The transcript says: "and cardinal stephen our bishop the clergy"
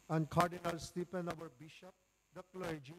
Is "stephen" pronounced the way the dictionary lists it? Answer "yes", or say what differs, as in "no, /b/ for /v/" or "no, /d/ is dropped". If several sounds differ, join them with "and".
no, /p/ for /v/